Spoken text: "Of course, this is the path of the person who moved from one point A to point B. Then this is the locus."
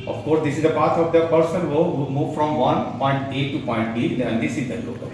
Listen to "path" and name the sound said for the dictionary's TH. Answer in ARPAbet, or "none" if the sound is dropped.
T